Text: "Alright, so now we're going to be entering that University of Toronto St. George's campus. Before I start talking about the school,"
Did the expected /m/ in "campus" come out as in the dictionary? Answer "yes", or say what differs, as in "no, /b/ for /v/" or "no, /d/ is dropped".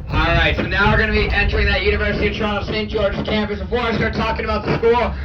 yes